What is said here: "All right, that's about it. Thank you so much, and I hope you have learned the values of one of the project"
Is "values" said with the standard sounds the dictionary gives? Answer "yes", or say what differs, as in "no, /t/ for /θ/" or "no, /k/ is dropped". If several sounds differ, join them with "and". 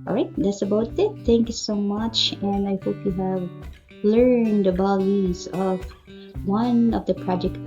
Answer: no, /b/ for /v/